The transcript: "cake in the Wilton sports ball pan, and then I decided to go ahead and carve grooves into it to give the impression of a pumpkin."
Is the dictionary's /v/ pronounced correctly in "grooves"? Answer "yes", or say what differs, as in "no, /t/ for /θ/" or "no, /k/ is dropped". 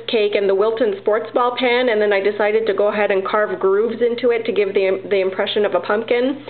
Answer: yes